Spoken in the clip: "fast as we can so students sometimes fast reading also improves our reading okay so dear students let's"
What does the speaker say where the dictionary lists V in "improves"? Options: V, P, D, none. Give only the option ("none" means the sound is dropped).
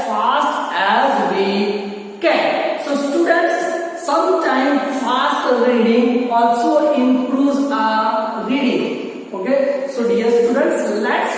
none